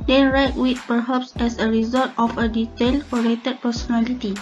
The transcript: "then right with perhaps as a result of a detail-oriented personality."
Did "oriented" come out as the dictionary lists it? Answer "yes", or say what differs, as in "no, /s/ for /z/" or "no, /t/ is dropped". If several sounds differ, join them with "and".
no, /n/ is dropped